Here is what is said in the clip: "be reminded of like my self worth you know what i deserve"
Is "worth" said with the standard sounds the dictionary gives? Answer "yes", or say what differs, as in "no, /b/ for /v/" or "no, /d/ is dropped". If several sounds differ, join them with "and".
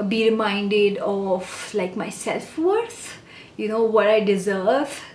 no, /s/ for /θ/